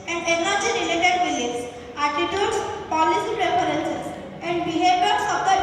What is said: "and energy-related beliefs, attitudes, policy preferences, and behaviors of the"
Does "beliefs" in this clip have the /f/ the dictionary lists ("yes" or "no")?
no